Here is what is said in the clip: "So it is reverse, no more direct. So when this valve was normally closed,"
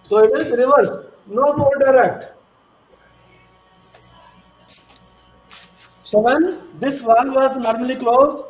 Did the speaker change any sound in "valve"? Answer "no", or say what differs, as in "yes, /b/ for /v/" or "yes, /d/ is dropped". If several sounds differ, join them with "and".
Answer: yes, /n/ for /l/